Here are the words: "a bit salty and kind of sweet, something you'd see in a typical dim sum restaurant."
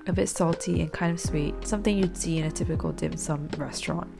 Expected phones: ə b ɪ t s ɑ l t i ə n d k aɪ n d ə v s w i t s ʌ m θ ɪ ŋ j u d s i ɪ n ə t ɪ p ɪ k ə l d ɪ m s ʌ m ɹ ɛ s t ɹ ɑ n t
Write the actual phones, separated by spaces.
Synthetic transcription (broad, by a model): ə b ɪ t s ɑ l t i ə n k aɪ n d ə v s w i t s ʌ m θ ɪ ŋ j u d s i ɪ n ə t ɪ p ɪ k ə l d ɪ m s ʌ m ɹ ɛ s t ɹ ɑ n t